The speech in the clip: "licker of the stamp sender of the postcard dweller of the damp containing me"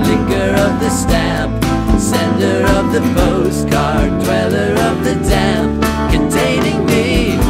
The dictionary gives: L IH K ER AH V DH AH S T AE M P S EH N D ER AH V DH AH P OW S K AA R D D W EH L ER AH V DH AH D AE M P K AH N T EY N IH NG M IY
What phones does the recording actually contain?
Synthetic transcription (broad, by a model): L IH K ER AH V DH AH S T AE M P S EH N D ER AH V DH AH B OW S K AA R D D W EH L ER AH V DH AH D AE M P K AH N T EY N IH NG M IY